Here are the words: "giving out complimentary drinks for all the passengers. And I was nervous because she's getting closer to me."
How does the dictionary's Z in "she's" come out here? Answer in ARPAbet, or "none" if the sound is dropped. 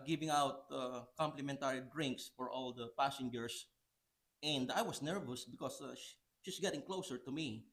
S